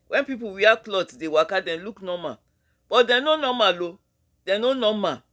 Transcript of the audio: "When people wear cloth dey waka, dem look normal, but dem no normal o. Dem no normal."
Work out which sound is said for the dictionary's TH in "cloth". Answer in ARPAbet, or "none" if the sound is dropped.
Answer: T